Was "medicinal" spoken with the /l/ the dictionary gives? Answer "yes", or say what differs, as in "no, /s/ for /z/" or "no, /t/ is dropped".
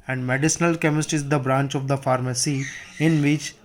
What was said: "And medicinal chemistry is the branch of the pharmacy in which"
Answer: yes